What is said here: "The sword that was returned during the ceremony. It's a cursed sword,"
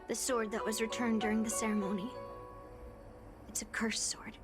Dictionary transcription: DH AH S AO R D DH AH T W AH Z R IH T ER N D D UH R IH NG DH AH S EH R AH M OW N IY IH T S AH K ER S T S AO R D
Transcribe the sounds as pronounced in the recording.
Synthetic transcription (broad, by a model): DH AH S AO R D DH AH T W AH Z R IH T ER N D D UH R IH NG DH AH S EH R AH M OW N IY IH T S AH K ER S S AO R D